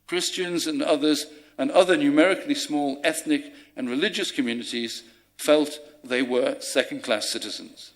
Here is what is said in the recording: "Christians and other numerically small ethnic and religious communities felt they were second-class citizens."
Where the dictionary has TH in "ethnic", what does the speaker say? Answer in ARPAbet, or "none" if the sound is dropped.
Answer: TH